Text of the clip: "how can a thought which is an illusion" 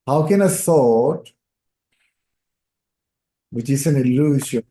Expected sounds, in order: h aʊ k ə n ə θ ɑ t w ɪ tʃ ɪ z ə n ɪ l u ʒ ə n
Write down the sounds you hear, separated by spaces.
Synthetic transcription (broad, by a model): h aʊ k ə n ə s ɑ t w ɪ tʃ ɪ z ə n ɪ l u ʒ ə